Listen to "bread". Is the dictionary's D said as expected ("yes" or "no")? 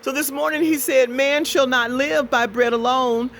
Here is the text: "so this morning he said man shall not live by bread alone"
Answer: yes